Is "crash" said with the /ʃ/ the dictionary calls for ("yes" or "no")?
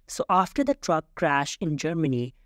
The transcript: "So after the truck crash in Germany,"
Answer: yes